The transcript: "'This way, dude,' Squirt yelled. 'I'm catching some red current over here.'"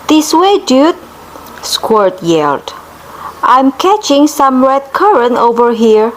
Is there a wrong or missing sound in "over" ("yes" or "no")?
no